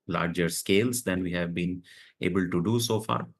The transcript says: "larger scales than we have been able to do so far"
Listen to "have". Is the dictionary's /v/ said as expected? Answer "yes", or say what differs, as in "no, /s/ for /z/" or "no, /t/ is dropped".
yes